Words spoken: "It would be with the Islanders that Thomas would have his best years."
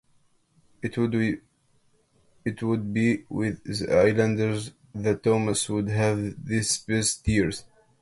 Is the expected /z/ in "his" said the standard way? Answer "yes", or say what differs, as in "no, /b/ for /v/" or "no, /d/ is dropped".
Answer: no, /s/ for /z/